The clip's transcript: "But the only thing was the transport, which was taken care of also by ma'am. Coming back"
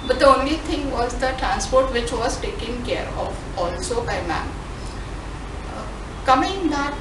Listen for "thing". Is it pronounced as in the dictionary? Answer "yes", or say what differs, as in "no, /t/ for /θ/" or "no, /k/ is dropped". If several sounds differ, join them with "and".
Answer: no, /t/ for /θ/